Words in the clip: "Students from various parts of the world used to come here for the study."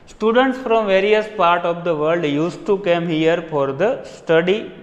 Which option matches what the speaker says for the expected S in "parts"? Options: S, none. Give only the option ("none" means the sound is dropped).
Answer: none